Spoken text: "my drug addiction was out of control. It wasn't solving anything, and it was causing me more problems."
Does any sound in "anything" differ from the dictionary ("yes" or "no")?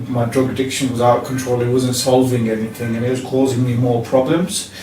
no